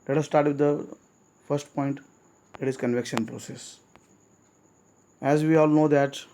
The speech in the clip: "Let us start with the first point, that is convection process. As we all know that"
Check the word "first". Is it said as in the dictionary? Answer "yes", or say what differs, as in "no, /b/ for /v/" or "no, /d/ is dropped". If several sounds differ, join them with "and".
yes